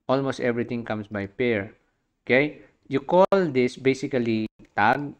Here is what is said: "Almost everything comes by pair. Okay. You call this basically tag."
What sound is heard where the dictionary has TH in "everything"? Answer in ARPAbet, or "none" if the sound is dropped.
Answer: T